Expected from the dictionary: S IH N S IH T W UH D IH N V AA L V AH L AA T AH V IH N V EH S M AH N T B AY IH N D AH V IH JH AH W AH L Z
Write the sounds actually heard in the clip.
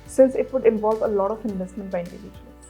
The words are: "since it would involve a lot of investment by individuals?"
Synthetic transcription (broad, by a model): S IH N S IH T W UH D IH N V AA L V AH L AA T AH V IH N V EH S M AH N T B AY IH N D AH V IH JH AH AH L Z